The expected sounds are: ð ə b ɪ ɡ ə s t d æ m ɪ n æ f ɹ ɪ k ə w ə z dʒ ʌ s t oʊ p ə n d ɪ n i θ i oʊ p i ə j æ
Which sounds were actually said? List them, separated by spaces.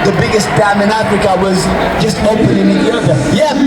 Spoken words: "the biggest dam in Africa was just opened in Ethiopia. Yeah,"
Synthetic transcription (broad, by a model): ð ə b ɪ ɡ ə s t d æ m ɪ n æ f ɹ ɪ k ə w ə z dʒ ʌ s t oʊ ə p ɪ n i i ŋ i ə j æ